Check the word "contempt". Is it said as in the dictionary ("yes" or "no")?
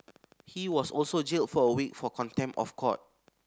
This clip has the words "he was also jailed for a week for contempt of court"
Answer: no